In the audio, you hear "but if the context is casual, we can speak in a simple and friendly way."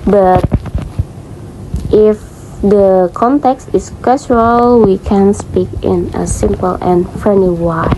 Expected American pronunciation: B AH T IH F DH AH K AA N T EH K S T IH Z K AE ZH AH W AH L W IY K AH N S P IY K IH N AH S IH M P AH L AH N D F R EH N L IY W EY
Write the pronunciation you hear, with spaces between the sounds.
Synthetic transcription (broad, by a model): B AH T IH F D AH K AA N T EH K S T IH S K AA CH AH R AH L W IY K AH N S P IY K IH N AH S IH M P AH L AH N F R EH N IY W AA